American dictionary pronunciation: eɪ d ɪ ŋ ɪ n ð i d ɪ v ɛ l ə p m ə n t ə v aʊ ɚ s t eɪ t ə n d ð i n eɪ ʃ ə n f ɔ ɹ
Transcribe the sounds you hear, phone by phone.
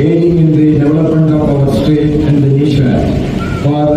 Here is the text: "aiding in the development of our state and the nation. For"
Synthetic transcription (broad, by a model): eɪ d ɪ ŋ ɪ n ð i d ɪ v ɛ l ə p m ə n t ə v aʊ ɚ s t eɪ t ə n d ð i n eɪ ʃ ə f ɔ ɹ